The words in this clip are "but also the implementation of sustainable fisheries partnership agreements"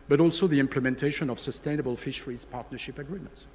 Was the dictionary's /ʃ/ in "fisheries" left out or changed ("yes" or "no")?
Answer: no